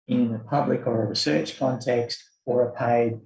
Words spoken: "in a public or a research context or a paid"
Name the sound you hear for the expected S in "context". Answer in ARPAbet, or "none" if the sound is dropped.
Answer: S